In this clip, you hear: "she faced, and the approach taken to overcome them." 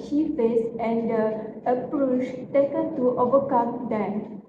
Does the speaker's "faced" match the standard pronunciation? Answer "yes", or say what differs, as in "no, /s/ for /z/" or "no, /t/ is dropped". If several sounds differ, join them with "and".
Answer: no, /t/ is dropped